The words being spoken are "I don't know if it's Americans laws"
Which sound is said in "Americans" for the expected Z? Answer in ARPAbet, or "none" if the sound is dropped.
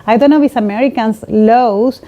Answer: S